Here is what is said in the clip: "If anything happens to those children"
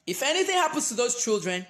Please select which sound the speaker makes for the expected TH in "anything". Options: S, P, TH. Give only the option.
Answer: TH